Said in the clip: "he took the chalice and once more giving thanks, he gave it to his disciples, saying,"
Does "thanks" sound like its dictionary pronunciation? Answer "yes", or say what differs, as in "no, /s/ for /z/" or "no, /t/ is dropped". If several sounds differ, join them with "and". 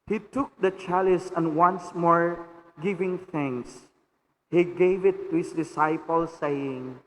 no, /k/ is dropped